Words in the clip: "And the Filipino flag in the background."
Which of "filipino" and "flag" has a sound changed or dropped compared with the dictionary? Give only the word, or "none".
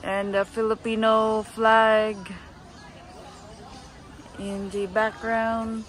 none